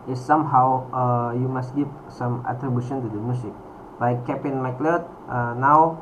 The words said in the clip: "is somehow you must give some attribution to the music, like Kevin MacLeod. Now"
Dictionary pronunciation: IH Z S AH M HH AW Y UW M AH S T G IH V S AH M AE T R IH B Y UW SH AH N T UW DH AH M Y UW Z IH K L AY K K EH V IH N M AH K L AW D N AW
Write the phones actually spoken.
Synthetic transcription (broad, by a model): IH S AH M HH AW Y UW M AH S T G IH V S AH M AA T R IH B Y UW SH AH N T UW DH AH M Y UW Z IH K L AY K K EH P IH N M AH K L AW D N AW